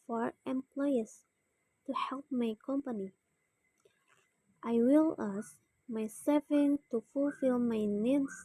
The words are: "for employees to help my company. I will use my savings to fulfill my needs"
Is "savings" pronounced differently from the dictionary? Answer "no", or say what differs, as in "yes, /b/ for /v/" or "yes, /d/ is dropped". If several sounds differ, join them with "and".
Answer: yes, /z/ is dropped